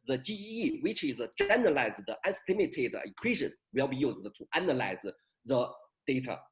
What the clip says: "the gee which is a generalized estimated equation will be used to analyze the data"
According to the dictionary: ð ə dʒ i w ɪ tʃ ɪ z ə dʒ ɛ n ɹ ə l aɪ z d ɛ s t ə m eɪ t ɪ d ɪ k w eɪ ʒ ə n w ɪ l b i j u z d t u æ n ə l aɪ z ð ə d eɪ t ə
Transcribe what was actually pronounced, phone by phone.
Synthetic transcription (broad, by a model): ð ə tʃ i w ɪ tʃ ɪ z ə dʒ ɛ n ə l aɪ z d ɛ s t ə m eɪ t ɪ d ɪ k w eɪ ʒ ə n w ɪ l b i j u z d t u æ n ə l aɪ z ð ə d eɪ t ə